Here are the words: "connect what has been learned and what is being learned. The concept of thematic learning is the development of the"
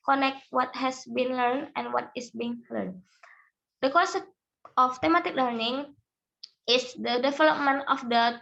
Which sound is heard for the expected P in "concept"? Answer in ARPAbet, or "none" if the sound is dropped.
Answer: F